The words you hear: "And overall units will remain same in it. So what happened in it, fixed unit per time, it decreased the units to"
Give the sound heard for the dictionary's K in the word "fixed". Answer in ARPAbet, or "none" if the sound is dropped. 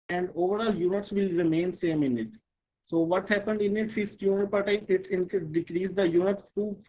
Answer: none